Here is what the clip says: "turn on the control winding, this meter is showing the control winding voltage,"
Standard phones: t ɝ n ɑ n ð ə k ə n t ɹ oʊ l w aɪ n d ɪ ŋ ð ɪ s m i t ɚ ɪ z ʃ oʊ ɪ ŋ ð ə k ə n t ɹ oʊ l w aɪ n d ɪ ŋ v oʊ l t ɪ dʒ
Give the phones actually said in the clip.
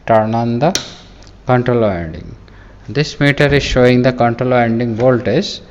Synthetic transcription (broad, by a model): t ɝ n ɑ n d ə k ə n t ɹ oʊ l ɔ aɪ n d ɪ ŋ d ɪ s m i t ɚ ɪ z ʃ oʊ ɪ ŋ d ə k ə n t ɹ oʊ l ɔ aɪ n d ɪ ŋ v oʊ l t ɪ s